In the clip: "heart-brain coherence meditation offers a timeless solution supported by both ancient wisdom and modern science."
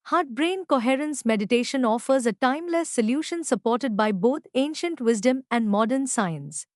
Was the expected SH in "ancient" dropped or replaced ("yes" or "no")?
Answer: no